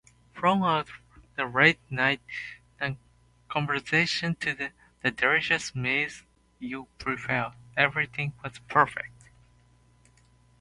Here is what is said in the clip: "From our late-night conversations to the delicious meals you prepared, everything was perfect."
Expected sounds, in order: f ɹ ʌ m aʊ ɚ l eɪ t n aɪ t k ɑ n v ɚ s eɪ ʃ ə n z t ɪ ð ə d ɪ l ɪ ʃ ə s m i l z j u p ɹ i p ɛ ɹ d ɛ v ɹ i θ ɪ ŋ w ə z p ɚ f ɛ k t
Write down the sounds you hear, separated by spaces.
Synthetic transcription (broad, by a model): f ɹ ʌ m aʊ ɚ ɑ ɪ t n aɪ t k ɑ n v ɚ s eɪ ʃ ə n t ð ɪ ð ə d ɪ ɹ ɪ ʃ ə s m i z j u p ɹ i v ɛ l ɛ v ɹ i θ ɪ ŋ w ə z p ɚ f ɛ k t